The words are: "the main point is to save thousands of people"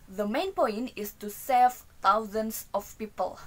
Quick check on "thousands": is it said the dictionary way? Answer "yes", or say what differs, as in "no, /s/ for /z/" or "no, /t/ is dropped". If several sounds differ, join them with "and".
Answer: no, /t/ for /θ/ and /s/ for /z/